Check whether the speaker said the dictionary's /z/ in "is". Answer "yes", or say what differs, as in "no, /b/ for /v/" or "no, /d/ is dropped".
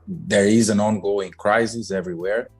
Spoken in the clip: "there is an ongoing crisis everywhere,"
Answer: yes